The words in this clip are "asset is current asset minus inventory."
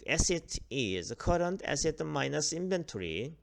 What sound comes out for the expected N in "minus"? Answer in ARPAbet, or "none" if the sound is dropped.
N